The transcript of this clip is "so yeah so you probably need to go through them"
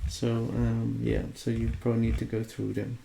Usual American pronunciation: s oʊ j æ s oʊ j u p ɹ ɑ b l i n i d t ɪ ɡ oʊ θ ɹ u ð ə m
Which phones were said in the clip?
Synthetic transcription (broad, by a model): s oʊ j æ s oʊ j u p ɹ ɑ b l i n i d t ɪ ɡ oʊ θ ɹ u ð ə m